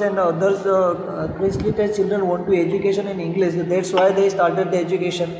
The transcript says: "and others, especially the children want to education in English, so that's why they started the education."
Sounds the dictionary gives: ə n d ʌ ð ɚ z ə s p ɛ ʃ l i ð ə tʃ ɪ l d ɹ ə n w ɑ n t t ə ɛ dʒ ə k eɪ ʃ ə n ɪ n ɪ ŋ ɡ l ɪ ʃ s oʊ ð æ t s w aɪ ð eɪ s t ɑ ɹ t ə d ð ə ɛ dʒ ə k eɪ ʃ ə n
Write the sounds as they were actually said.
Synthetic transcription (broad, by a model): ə n d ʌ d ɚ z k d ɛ s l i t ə tʃ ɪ l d ɹ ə n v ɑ n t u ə ɛ dʒ ə k eɪ ʃ ə n ɪ n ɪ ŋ ɡ l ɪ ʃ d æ t s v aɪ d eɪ s t ɑ ɹ t ə d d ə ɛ dʒ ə k eɪ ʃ ə n